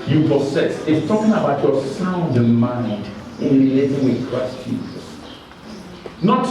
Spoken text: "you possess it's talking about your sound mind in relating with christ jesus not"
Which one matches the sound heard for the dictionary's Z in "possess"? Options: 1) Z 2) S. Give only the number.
2